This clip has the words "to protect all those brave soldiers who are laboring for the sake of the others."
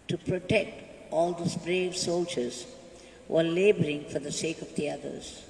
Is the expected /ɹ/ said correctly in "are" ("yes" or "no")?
no